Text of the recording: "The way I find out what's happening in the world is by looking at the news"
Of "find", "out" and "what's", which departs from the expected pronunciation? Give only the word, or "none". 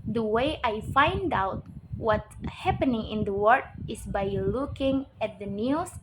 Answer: what's